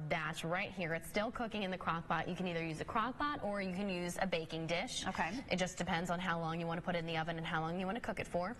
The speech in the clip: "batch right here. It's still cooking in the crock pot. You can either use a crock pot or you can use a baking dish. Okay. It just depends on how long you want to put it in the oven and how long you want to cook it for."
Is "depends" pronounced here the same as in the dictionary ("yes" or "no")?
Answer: yes